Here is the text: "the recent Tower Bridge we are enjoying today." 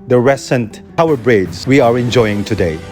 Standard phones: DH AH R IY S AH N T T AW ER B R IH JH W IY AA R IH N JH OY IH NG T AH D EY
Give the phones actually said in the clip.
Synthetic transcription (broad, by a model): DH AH R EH S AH N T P AW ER B R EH Z W IY AA R IH N JH OY IH NG T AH D EY